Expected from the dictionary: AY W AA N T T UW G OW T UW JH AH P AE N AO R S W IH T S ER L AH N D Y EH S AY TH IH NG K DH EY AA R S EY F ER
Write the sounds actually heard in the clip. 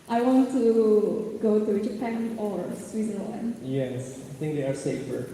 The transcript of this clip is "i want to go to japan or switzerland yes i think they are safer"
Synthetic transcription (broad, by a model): AY W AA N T T UW G OW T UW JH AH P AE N AO R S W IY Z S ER N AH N Y EH S AY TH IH NG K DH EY AA R S EY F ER